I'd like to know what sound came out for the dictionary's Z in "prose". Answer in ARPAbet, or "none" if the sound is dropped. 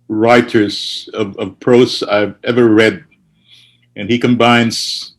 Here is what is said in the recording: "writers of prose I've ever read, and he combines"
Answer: S